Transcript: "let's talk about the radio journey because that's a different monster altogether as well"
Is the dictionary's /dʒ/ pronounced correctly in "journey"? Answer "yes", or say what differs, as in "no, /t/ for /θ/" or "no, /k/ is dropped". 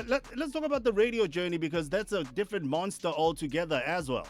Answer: yes